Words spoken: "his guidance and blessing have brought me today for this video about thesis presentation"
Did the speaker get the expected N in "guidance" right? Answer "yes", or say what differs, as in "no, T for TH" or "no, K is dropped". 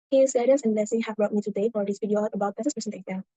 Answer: no, N is dropped